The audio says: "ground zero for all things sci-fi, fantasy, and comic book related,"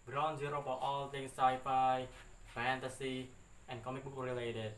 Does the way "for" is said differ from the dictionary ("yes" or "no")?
yes